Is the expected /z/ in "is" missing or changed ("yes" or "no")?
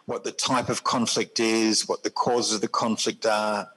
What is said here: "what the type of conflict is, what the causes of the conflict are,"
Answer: no